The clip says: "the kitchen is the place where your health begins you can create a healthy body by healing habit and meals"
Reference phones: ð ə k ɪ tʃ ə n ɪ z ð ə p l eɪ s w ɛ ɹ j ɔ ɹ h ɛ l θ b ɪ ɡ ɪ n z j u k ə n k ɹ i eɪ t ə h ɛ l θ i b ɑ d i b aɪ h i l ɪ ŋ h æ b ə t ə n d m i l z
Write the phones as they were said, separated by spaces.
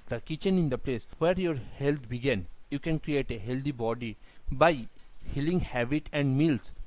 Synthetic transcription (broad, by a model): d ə k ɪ tʃ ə n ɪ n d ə p l eɪ s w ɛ ɹ j ɔ ɹ h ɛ l t b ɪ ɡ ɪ n j u k ə n k ɹ i eɪ t ə h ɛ l t i b ɑ d i b aɪ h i l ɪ ŋ h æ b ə t ə n d m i l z